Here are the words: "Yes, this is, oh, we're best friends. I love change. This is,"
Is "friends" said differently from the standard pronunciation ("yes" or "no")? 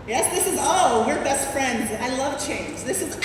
no